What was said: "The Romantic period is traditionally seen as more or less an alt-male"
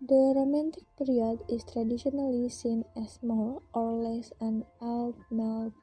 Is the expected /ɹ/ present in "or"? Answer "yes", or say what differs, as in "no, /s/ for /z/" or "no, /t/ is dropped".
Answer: no, /l/ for /ɹ/